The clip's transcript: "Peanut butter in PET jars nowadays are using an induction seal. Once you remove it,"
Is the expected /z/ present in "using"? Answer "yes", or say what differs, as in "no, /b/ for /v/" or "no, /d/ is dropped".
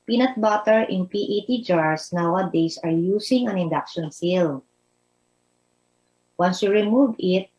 no, /s/ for /z/